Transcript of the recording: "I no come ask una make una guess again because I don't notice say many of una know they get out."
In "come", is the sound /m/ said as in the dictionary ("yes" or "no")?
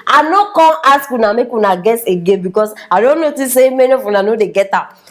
no